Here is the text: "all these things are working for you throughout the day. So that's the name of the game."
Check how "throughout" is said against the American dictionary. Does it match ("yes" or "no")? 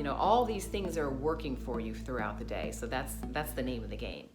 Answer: yes